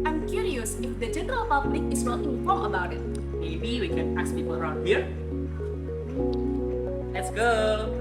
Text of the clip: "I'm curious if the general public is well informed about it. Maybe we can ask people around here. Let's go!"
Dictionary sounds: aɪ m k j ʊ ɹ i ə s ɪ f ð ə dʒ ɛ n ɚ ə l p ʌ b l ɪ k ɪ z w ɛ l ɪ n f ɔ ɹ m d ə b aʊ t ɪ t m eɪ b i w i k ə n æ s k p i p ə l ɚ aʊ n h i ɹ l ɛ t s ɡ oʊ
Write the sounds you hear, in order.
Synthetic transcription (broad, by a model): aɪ m k j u ɹ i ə s ɪ f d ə dʒ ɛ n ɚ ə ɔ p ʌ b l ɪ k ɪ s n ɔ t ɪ f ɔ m ə b aʊ t ɪ t m eɪ b i w i k ə n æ s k p i p ə l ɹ aʊ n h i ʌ l ɛ t s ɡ oʊ